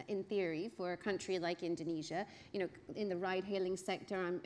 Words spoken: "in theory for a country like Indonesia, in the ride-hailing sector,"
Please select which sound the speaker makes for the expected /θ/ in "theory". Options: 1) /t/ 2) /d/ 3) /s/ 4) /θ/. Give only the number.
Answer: 4